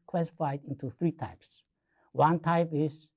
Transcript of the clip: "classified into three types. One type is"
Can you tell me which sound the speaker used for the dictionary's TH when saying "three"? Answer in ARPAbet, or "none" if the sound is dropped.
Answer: TH